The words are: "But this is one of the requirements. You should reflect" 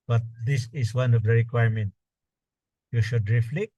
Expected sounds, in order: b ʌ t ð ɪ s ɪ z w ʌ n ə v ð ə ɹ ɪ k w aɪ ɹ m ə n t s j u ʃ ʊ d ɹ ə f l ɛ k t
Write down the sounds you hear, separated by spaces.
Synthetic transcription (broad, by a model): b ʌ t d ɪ s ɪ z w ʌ n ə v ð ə ɹ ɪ k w aɪ ɹ m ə n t j u ʃ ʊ d ɹ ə f l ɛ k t